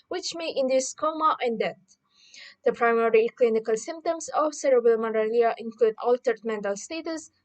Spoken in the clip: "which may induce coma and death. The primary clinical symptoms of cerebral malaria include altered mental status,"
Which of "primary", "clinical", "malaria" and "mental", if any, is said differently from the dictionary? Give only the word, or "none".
malaria